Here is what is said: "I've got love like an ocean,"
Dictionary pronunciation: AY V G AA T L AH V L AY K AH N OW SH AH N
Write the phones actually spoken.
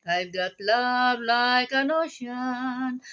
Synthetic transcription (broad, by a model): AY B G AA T L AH B L AY K AH N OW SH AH N